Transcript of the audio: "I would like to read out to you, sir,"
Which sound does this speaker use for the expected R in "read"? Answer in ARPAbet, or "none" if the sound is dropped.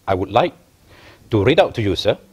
R